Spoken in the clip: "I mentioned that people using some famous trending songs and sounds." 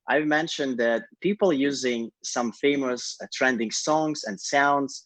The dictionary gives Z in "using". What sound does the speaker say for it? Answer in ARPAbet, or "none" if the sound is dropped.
Z